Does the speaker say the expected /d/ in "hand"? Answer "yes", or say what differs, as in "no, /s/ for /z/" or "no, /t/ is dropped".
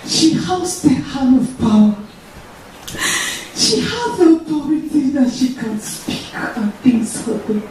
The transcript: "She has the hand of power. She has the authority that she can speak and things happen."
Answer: no, /d/ is dropped